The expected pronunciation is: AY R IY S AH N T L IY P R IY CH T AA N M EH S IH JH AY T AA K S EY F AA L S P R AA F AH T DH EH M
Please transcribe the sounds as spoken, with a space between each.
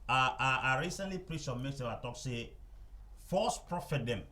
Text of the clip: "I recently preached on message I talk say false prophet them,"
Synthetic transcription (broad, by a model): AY R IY S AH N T L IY P R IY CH AA M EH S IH AY T AA K S EY F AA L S P R AA F AH T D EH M